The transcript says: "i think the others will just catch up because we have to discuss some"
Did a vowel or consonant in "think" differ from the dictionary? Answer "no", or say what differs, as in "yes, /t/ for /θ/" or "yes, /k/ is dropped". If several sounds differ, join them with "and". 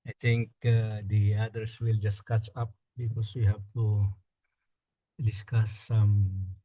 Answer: yes, /t/ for /θ/